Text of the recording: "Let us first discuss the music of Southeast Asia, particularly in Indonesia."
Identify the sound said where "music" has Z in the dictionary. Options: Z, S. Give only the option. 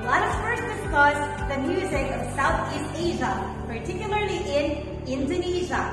Z